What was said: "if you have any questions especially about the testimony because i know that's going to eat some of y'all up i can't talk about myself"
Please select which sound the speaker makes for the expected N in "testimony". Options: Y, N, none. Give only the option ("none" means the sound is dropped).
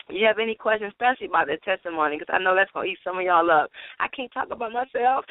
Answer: none